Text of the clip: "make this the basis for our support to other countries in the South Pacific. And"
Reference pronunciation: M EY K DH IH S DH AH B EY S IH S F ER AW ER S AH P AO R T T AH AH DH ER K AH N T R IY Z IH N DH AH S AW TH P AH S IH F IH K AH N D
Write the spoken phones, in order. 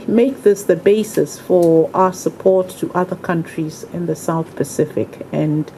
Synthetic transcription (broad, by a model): M EY K DH IH S DH AH B EY S IH S F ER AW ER S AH P AO R T T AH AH DH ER K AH N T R IY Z IH N DH AH S AW TH P AH S IH F IH K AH N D